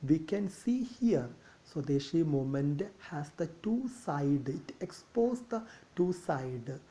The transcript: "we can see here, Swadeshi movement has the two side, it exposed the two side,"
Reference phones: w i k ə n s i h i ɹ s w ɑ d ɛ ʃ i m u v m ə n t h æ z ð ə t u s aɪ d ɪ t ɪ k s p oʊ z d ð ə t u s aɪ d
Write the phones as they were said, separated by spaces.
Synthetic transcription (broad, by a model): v i k ə n s i h i ɹ s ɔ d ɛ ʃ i m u m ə n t h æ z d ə t u s aɪ d ɪ t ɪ k s p oʊ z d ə t u s aɪ d